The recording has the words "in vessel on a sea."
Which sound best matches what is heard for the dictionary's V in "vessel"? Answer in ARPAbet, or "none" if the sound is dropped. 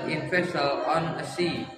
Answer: F